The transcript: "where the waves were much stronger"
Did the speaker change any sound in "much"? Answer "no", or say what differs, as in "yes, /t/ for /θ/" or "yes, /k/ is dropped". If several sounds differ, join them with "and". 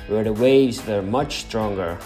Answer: no